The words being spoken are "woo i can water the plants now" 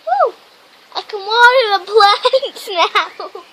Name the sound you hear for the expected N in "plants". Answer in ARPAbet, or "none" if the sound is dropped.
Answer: none